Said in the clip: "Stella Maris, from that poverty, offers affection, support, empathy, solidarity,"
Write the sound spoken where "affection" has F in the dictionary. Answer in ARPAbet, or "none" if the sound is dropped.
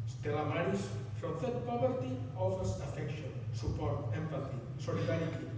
F